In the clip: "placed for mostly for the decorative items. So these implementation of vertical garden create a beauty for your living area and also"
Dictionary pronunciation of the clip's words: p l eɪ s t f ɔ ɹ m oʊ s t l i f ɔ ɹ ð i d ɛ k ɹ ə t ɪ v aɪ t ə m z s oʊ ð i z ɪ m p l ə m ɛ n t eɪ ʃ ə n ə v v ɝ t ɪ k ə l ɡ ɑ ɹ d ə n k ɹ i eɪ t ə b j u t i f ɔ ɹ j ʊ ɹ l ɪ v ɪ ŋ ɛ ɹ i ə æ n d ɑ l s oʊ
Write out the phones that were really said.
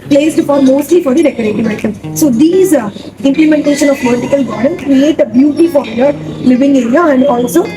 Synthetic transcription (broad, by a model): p l eɪ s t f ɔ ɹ m oʊ s t l i f ɔ ɹ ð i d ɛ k ə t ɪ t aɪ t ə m s oʊ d i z ɪ m p l ə m ɛ n t eɪ ʃ ə n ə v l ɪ t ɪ k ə l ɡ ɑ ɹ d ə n k ɹ i eɪ t ə b j u t i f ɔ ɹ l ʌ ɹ l ɪ v ɪ ŋ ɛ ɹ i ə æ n d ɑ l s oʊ